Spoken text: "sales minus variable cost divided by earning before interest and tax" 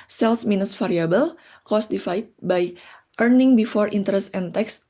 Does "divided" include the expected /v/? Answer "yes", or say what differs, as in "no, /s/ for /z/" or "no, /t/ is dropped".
no, /f/ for /v/